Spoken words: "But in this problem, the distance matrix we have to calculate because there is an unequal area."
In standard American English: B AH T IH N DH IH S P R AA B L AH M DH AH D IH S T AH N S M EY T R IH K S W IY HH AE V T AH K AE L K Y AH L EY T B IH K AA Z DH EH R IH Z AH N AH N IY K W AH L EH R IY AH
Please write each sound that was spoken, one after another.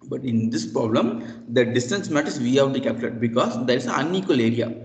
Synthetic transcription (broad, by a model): B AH T IH N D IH S P R AA B L AH M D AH D IH S T AH N S M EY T IH S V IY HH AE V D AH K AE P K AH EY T B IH K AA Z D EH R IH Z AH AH N IY K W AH L EH R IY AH